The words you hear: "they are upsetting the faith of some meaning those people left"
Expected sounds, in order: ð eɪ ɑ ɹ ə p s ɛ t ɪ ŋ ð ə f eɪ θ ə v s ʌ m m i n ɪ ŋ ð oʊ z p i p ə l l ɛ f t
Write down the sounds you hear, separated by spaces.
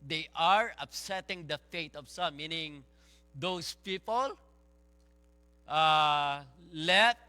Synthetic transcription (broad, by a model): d eɪ ɑ ɹ ə p s ɛ t ɪ ŋ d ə f eɪ t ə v s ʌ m m i n ɪ ŋ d oʊ s p i p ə l l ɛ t